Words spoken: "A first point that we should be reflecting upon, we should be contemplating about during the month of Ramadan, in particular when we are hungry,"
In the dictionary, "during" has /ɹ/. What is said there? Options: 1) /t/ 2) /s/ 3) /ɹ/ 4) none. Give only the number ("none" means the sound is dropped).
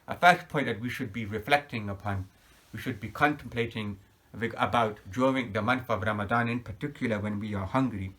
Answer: 4